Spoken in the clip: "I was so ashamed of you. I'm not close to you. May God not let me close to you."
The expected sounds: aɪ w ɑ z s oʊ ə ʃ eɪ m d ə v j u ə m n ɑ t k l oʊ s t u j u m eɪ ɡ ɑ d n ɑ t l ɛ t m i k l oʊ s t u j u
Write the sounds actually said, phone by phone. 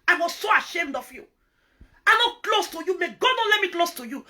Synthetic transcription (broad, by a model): aɪ w ɑ z s oʊ ə ʃ eɪ m d ə v j u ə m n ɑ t k l oʊ s t u j u m eɪ ɡ ɑ d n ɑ l ɛ t m i k l oʊ s t u j u